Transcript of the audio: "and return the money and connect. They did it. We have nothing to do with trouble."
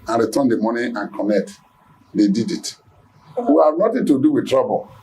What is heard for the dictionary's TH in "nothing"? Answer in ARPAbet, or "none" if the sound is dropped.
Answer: T